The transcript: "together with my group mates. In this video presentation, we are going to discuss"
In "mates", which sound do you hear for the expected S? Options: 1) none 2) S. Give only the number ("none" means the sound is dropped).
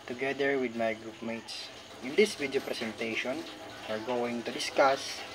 2